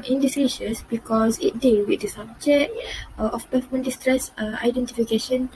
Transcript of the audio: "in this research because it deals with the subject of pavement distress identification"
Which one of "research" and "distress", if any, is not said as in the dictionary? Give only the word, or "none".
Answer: research